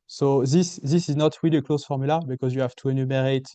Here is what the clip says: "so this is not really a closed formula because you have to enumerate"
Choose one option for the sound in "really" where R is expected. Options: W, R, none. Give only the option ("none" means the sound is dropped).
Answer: W